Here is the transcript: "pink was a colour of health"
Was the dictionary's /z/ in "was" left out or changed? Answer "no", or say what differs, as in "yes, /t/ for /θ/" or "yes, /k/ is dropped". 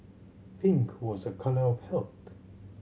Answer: no